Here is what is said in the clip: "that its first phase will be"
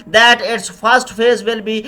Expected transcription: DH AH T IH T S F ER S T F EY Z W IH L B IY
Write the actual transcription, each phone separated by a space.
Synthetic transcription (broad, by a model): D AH T IH T S F ER S T F EY Z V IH L B IY